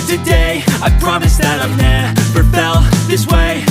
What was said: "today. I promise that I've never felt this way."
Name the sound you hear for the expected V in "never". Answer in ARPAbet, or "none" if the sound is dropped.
P